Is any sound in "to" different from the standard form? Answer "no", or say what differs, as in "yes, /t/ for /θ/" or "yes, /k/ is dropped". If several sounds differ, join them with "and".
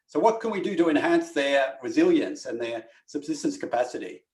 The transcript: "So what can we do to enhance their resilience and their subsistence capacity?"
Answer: no